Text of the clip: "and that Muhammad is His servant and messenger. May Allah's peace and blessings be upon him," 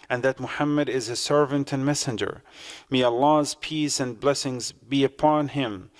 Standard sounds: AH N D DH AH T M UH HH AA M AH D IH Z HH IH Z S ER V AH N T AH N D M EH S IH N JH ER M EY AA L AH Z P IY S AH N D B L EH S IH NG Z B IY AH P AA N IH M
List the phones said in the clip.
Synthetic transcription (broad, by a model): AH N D DH AH T M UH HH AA M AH D IH Z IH S ER V AH N T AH N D M EH S IH N JH ER M EY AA L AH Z P IY S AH N B L EH S IH NG Z B IY AH P AA N IH M